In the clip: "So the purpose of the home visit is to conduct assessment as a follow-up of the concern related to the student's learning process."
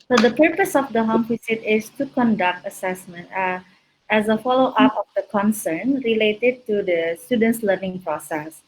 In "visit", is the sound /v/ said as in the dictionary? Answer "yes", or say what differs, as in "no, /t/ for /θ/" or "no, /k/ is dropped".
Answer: no, /f/ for /v/